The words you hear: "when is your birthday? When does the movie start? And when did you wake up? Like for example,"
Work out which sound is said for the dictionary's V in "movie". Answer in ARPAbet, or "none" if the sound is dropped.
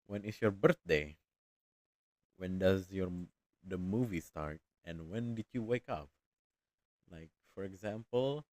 V